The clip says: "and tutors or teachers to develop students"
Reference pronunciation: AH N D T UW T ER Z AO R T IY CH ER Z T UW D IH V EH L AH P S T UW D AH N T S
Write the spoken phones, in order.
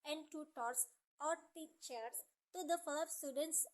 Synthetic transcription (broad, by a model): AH N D T UW T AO S AO R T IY CH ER S T UW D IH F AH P S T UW D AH N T S